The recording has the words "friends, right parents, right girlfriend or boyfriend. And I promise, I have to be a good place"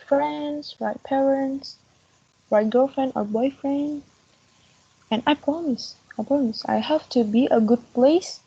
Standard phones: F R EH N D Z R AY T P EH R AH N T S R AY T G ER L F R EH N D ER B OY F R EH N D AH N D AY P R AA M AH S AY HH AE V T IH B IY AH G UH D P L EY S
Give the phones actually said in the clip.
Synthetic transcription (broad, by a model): F R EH N D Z R AY T P EH R AH N T S R AY T G ER L F R EH N D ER B OY F R EH N D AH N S AY P R AA M AH S AY HH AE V T IH B IY AH G UH D P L EY S